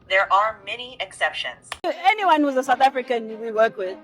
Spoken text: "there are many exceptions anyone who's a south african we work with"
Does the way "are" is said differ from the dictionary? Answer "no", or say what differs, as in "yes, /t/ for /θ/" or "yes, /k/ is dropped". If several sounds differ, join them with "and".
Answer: no